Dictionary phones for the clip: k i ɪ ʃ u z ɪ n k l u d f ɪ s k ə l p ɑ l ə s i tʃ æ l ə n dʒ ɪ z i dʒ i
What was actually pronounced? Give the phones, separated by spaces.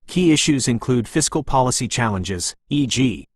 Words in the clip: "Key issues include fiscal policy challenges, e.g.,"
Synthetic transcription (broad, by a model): k i ɪ ʃ u z ɪ n k l u d f ɪ s k ə l p ɑ l ə s i tʃ æ l ə n dʒ ɪ z i dʒ i